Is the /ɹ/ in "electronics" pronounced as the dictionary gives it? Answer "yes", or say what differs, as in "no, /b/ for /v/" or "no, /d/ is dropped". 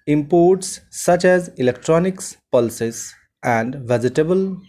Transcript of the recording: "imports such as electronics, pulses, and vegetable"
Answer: yes